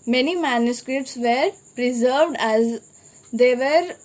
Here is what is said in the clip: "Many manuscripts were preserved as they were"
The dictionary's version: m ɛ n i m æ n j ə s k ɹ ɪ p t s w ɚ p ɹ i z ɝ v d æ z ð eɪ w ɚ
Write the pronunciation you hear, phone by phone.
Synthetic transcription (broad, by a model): m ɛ n i m æ n j ə s k ɹ ɪ p t s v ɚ p ɹ i z ɝ v d æ z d eɪ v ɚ